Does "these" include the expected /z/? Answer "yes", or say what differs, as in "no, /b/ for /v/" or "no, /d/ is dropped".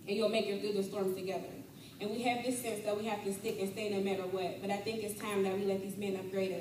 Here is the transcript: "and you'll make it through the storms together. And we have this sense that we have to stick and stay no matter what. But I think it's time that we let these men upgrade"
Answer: yes